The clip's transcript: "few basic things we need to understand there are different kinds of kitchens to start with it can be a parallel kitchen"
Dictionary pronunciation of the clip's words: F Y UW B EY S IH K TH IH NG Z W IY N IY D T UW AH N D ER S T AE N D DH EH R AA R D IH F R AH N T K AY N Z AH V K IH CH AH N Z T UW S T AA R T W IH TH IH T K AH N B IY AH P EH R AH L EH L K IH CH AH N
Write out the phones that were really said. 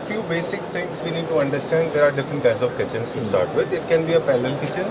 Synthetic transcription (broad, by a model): F Y UW B EY S IH K T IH NG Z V IY N IY D T UW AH N D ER S T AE N D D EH R AA R D IH F R AH N T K AY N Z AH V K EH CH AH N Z T UW S T AA R T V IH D IH T K AH N B IY AH P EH L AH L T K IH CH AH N